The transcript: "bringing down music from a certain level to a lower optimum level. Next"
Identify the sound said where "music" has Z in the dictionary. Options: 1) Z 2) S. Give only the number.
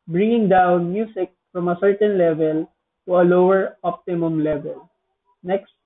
2